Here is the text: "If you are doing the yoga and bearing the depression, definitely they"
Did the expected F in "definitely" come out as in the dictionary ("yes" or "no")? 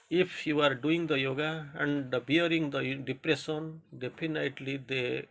no